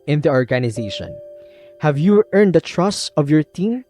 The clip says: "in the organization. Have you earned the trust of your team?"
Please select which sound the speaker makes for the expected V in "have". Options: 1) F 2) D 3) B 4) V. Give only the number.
4